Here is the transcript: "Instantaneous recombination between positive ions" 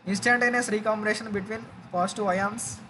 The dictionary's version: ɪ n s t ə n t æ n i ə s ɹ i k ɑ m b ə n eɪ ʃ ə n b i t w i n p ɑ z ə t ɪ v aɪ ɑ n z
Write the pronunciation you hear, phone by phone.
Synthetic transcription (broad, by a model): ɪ n s t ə n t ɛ n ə s ɹ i k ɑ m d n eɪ ʃ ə n b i t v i n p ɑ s t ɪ aɪ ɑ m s